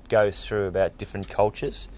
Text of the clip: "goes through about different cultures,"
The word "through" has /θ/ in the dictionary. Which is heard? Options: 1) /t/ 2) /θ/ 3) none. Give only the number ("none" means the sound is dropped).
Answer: 2